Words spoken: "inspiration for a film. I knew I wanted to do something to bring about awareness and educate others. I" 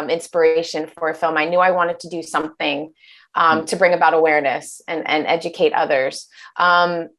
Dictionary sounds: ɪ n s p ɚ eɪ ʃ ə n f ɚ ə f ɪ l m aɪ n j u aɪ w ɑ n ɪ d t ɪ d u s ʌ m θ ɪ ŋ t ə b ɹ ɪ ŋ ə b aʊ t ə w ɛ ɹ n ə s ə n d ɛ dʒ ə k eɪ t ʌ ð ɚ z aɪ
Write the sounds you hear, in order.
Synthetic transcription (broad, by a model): ɪ n s p ɚ eɪ ʃ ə n f ɚ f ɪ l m aɪ n j u aɪ w ɑ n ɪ d t ɪ d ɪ s ʌ m θ ɪ ŋ t ə b ɹ ɪ ŋ ə b aʊ t ə w ɛ ɹ n ə s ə n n ɛ dʒ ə k eɪ t ʌ ð ɚ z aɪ